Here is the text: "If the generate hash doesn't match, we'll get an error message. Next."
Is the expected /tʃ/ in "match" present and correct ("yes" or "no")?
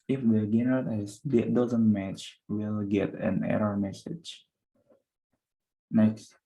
yes